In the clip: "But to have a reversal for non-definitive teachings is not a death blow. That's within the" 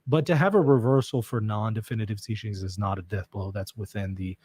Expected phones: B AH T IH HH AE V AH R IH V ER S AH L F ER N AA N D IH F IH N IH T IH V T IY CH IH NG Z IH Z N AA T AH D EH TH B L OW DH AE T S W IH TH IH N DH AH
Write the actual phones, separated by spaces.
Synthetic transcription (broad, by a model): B AH T IH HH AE V AH R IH V ER S L F ER N AA N D IH F IH N IH T IH V T IY CH IH NG Z IH Z N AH T AH D EH TH B L OW DH AE T S W IH TH IH N DH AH